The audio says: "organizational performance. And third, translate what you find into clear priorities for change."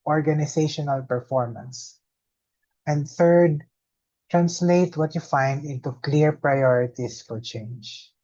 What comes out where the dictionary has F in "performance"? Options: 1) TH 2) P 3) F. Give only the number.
3